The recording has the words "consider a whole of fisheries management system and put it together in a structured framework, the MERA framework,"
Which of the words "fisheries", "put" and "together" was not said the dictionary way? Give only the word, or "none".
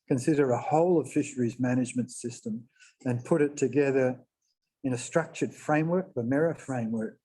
none